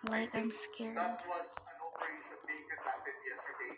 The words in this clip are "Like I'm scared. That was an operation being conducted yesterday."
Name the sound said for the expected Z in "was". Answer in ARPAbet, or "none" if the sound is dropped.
Z